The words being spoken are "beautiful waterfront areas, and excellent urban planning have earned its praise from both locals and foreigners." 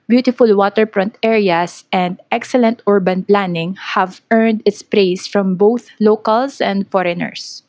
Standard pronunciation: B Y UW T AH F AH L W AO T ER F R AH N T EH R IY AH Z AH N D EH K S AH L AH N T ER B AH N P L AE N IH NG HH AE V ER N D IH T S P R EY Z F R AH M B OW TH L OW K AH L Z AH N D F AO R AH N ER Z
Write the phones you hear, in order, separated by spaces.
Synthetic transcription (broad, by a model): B Y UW T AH F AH L W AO T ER P R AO N T EH R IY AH S AH N D EH K S AH L AH N T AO B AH N P L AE N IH NG HH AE V ER N D IH T S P R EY S F R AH M B OW TH L OW K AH L S AH N D F AO R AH N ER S